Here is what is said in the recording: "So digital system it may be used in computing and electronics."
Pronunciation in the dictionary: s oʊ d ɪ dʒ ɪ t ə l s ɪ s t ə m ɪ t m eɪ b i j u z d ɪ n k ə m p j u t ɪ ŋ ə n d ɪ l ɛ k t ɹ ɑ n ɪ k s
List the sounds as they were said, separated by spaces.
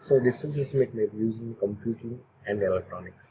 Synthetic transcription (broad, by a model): s oʊ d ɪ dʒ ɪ s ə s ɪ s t m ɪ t m eɪ b i j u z ɪ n k ə m p j u t ɪ ŋ ə n d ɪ l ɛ k t ɹ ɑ n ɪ k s